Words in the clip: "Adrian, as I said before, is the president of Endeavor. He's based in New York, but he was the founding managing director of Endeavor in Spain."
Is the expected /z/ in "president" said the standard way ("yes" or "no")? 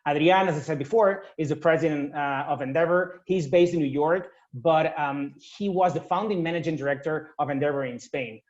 yes